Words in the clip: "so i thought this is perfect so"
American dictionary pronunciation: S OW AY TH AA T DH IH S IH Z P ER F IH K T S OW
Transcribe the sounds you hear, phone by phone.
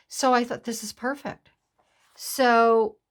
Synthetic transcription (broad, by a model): S OW AY TH AA T DH IH S IH Z P ER F IH K T S OW